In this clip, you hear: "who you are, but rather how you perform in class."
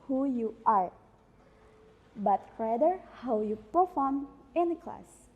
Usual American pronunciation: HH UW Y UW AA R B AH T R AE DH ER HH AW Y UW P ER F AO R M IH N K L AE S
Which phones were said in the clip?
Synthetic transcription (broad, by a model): HH UW Y UW AA R B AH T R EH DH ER HH AW Y UW P ER F AO R M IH N K L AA S